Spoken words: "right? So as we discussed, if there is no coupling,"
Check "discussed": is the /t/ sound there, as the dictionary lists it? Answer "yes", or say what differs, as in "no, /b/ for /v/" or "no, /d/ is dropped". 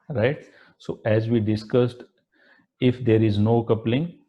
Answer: yes